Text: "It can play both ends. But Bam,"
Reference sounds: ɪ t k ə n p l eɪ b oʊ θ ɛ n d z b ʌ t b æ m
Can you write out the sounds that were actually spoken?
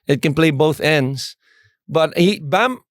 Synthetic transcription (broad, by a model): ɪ t k ə n p l eɪ b oʊ θ ɛ n d z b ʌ t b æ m